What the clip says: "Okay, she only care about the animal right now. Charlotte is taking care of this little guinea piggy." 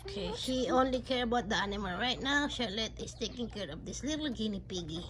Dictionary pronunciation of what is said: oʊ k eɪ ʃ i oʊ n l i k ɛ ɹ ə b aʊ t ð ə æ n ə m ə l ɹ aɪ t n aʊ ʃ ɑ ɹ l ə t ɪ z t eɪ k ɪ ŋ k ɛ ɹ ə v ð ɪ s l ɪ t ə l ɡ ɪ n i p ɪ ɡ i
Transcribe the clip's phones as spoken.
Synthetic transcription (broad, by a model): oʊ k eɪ ʃ i oʊ n l i k ɛ ɹ ə b aʊ t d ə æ n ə m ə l ɹ aɪ t n aʊ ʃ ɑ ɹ l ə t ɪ s t eɪ k ɪ ŋ k ɛ ɹ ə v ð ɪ s l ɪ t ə l ɡ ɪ n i p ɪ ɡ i